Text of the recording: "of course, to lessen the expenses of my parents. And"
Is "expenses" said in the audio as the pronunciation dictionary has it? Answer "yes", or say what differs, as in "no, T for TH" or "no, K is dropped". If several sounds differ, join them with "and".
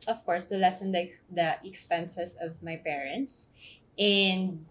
no, S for Z